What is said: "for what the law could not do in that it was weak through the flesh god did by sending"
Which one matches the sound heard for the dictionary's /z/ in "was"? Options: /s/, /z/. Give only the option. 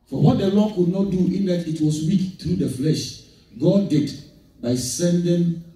/s/